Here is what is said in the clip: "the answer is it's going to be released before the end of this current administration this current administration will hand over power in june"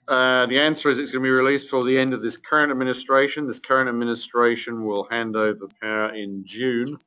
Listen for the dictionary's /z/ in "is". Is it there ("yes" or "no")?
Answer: yes